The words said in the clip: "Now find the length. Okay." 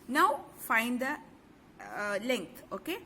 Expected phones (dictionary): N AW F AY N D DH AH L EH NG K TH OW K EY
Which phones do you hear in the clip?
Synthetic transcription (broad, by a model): N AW F AY N D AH L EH NG K T OW K EY